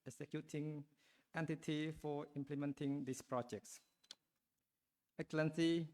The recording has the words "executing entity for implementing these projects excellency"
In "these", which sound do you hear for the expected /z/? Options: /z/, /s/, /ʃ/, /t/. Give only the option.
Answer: /s/